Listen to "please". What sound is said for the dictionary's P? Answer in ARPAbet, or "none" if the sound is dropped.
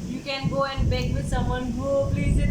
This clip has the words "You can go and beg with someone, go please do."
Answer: B